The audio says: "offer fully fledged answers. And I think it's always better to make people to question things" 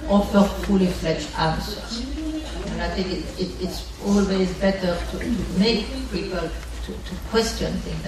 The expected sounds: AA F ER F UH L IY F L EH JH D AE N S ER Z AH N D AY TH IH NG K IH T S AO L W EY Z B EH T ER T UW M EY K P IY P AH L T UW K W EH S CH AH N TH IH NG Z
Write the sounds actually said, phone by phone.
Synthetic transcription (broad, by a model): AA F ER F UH L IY F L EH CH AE N S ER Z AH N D AY TH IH NG K IH T S AO L W EY Z B EH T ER T UW M EY K P IY P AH L T UW K W EH S CH AH N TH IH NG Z